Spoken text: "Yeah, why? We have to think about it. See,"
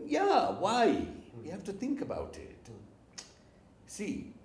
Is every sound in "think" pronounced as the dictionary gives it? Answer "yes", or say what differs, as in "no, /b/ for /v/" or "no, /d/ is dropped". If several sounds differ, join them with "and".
yes